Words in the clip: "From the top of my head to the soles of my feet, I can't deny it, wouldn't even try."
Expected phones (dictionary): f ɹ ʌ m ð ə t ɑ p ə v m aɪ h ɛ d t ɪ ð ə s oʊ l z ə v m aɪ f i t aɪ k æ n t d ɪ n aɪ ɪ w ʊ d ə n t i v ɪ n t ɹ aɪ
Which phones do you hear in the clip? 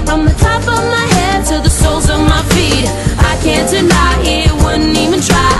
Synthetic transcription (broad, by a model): f ɹ ʌ m ð ə t ɑ p ə v m aɪ h ɛ d t ɪ ð ə s oʊ l z ə v m aɪ f i t aɪ k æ n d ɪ n aɪ ɪ w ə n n i v ɪ n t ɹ aɪ